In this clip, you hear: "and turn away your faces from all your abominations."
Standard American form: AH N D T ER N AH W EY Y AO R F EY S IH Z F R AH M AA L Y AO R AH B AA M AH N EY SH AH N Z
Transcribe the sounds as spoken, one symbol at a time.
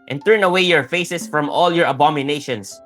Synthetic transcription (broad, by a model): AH N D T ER N AH W EY Y AO R F EY S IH S F R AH M AA L Y AO R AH B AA M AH N EY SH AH N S